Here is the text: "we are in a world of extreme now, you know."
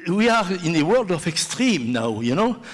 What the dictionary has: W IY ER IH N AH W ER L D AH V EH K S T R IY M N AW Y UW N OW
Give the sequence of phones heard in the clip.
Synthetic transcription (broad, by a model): W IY ER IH N AH W ER L D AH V EH K S T R IY M N AW Y UW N OW